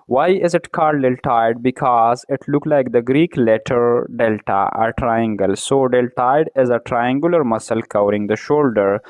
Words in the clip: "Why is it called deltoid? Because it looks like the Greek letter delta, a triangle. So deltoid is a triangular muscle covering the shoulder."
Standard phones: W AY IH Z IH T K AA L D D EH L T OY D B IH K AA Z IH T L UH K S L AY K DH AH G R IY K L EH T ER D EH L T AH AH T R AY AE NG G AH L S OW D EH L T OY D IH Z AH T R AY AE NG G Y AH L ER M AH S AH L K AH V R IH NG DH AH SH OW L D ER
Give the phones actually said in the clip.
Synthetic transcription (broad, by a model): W AY IH Z IH T K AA D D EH L T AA D B IH K AA Z IH T L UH K L AY K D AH G R IY K L EH T ER D EH L T AH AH T R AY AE NG G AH L S OW D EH L T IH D IH Z AH T R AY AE NG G Y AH L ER M AH S AH L K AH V R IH NG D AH SH OW L D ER